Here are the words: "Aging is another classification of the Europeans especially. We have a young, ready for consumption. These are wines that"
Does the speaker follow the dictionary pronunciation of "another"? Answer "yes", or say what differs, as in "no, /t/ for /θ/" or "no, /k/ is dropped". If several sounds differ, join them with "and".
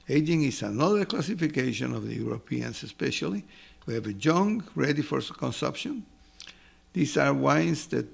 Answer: yes